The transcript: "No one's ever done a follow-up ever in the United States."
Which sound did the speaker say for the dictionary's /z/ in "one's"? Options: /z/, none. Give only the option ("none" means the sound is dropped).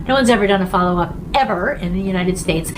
/z/